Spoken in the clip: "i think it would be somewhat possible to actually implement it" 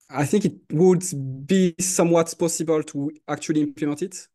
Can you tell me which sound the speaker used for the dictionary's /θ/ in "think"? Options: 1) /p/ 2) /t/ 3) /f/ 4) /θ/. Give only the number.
4